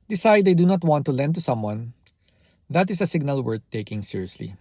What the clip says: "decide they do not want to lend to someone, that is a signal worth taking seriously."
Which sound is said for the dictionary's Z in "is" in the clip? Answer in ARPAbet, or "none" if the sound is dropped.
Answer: S